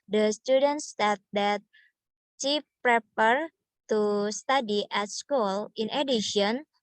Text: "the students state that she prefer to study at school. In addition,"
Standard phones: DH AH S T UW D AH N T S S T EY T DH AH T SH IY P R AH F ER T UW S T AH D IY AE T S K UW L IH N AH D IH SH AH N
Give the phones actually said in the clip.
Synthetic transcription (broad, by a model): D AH S T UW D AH N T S S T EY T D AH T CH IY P R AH P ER T UW S T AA D IY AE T S K UW L IH N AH D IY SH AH N